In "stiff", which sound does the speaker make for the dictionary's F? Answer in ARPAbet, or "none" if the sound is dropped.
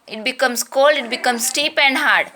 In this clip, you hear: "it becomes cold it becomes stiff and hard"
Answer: P